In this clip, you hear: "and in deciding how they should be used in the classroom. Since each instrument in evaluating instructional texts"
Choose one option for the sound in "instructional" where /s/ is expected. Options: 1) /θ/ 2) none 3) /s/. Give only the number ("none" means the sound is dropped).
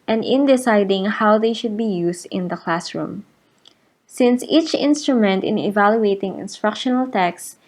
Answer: 3